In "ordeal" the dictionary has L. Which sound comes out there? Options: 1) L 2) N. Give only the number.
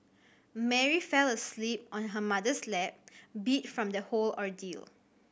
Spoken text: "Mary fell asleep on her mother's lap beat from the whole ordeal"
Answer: 1